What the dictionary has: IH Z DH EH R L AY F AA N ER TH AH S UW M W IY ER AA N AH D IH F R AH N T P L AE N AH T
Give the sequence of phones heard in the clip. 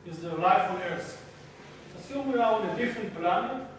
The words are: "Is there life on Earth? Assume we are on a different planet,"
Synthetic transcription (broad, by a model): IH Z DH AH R L AY F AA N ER S AH S UW M W IY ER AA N AH D IH F R AH N T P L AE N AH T